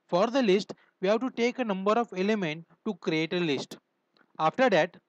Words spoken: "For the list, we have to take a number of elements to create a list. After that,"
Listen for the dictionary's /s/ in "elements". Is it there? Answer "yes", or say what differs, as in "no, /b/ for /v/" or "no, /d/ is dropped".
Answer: no, /s/ is dropped